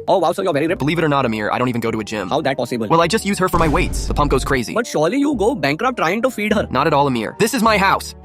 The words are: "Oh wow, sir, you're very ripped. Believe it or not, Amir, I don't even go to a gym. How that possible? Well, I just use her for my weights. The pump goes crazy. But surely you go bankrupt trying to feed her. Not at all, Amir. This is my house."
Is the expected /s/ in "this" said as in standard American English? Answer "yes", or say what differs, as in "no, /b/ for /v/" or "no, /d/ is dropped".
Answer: yes